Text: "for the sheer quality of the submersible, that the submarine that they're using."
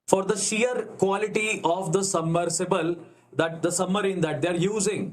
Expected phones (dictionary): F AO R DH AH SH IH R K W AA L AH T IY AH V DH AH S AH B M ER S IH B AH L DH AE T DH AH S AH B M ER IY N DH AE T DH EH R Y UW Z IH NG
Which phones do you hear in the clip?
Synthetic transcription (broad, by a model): F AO R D AH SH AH R K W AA L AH T IY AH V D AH S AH M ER S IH B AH L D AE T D AH S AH M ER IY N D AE T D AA R Y UW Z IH NG